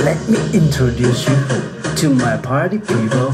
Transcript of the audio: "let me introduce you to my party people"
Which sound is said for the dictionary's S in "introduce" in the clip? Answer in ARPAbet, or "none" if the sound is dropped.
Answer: S